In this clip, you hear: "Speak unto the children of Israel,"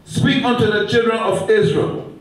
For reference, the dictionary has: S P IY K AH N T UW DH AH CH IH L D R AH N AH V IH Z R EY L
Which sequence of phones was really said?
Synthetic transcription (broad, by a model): S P IY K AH N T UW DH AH CH IH L D R AH N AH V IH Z R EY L